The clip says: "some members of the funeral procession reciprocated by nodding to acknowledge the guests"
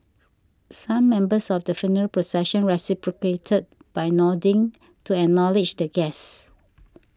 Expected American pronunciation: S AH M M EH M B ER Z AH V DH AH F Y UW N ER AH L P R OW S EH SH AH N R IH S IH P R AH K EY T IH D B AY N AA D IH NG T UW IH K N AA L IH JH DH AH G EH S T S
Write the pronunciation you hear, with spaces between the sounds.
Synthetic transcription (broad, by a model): S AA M M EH M B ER S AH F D AH F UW N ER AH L P R OW S EH SH AH N R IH S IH P R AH K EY T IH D B AY N AA D IH NG T UW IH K N AA L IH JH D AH G EH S S